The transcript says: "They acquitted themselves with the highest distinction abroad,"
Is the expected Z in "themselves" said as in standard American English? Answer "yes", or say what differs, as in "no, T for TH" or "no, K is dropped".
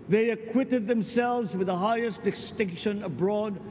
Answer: yes